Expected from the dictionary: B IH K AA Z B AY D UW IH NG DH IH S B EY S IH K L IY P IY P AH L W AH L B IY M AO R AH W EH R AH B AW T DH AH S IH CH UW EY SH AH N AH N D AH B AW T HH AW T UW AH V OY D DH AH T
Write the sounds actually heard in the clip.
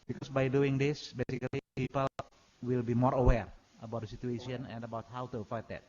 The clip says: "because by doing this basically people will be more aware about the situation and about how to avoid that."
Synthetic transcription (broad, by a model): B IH K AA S B AY D UW IH NG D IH S B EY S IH K L IY P IY P AH L W AH L B IY M AO R AH W EH R AH B AW T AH S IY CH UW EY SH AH N AH N D AH B AW T HH AW T UW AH F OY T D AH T